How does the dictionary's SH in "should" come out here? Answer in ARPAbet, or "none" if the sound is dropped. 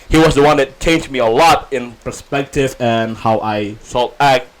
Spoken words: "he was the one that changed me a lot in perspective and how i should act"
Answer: S